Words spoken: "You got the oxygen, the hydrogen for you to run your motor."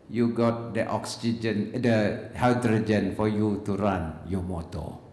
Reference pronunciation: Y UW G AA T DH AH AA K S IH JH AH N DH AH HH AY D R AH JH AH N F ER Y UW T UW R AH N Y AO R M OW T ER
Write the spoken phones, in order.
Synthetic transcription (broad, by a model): Y UW G AA T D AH AA K S IH JH AH N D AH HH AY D R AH JH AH N F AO Y UW T UW R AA N Y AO M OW T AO